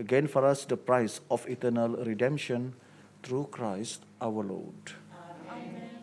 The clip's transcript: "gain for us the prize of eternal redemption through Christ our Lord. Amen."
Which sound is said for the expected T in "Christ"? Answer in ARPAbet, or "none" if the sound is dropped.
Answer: T